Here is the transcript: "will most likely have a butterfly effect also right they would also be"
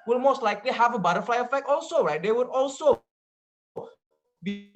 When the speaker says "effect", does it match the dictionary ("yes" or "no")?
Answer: no